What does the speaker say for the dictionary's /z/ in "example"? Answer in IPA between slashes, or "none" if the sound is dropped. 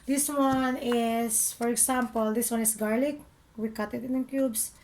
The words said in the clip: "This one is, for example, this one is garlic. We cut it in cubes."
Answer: /s/